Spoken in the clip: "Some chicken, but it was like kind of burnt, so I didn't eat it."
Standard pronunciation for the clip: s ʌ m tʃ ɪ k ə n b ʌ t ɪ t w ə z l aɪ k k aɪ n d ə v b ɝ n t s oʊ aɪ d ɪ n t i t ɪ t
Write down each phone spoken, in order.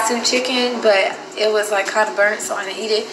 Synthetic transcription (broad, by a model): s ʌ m tʃ ɪ k ə n b ʌ t ɪ t w ə z l aɪ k k aɪ n d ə b ɝ n t s oʊ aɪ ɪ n i t ɪ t